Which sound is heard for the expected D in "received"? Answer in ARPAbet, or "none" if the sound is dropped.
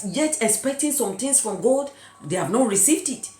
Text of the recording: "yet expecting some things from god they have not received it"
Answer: D